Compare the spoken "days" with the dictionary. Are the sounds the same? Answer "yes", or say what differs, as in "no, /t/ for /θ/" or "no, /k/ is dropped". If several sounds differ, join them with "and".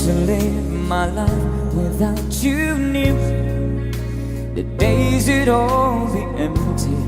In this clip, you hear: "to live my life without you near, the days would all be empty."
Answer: yes